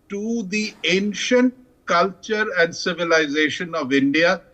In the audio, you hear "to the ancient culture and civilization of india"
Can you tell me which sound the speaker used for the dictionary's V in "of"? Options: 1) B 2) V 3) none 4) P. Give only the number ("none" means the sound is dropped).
2